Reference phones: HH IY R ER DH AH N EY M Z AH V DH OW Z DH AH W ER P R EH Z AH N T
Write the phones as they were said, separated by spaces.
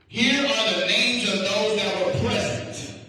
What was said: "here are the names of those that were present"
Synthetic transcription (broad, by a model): HH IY R ER DH AH N EY M Z AH V DH OW Z DH AH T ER P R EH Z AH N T